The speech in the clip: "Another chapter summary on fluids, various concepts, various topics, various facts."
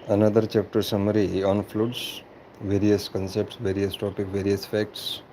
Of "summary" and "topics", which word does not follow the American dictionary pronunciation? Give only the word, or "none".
topics